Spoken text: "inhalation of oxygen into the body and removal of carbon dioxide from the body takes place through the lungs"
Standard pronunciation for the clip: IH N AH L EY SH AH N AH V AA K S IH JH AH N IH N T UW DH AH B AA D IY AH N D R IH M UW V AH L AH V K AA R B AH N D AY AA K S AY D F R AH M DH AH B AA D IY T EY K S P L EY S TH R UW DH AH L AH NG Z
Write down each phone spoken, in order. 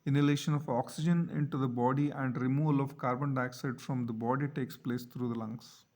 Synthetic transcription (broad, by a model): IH N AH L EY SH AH N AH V AA K S IH JH AH N IH N T UW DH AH B AA D IY AH N D R IH M UW V AH L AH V K AA R B AH N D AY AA K S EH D F R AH M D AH B AA D IY T EY K S P L EY S T R UW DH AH L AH NG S